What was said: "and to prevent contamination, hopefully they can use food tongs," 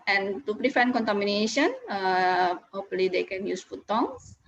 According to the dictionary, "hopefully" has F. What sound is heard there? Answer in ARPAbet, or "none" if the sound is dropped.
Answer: none